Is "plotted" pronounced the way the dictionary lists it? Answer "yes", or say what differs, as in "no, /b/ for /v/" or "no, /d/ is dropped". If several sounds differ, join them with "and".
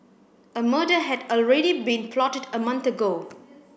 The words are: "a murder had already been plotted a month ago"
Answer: yes